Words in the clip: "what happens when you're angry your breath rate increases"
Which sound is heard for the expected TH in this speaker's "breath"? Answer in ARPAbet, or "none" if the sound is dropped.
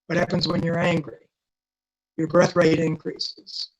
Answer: TH